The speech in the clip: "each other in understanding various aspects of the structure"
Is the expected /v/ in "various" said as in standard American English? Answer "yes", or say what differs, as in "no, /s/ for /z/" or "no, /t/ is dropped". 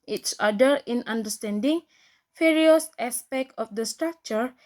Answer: no, /f/ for /v/